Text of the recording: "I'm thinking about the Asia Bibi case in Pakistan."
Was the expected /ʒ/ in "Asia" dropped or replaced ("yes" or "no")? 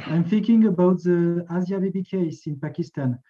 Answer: yes